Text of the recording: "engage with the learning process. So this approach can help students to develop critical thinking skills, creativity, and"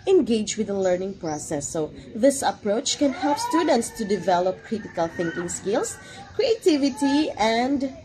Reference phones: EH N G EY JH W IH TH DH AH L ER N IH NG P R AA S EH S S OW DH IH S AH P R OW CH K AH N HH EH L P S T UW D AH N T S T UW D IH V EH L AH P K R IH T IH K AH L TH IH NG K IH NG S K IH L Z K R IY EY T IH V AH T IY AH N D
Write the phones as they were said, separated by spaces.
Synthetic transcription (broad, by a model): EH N G EY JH W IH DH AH L ER N IH NG P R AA S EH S S OW DH IH S AH P R OW CH K AH N HH EH L P S T UW D AH N T S T UW D IH V EH L AH P K R IH T IH K AH L TH IH NG K IH NG S K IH L S K R IY EY T IH V AH T IY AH N D